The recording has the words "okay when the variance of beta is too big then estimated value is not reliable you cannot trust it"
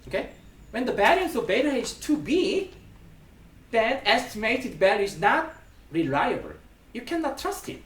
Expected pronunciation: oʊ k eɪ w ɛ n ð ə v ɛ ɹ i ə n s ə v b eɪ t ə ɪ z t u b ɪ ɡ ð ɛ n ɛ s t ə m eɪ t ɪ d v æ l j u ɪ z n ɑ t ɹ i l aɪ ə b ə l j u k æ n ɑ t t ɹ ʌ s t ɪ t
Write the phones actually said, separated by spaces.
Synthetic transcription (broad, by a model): oʊ k eɪ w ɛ n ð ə b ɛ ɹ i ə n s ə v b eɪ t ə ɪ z t u b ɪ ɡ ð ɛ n ɛ s t ə m eɪ t ɪ d b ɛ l ɪ z n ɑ t ɹ i l aɪ ə b ə l j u k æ n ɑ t t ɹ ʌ s t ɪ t